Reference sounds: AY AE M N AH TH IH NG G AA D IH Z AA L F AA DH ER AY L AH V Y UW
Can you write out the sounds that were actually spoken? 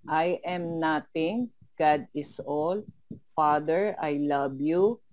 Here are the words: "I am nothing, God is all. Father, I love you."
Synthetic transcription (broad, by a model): AY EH M N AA T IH NG G AA D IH S AA L F AA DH ER AY L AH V Y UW